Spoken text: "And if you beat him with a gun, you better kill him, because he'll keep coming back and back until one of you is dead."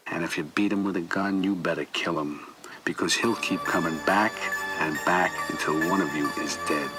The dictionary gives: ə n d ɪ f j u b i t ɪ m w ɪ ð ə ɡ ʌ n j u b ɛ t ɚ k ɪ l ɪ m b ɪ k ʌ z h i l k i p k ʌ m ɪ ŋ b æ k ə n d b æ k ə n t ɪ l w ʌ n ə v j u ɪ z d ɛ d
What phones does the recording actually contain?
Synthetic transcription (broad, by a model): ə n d ɪ f j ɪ b i t ɪ m w ɪ ð ə ɡ ʌ n j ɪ b ɛ t ɚ k ɪ l ɪ m b ɪ k ʌ z h i l k i p k ʌ m ɪ ŋ b æ k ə n b æ k ə n t ɪ l w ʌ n ə v j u ɪ z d ɛ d